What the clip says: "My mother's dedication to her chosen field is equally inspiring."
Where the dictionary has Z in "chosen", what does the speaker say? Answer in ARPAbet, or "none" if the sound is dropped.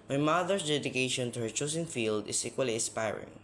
S